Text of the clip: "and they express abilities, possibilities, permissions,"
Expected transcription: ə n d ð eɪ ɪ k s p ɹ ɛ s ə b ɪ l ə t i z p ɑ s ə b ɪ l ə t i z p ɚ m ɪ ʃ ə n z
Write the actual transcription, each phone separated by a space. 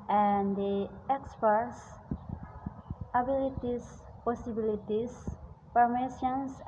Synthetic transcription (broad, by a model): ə n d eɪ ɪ k s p ɛ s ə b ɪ l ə t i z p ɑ s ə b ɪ l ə t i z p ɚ m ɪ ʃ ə n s